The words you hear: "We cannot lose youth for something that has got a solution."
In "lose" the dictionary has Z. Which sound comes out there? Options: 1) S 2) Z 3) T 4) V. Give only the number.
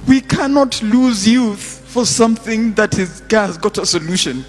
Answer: 2